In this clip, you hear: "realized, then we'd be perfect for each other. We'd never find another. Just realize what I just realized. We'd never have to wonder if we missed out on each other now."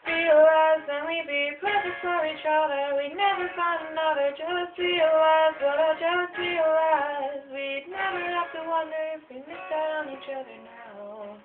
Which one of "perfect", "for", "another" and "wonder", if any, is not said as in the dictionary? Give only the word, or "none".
perfect